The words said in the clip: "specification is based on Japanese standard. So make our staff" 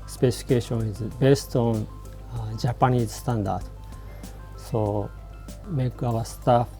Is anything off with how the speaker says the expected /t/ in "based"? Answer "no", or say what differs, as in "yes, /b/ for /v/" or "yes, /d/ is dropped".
no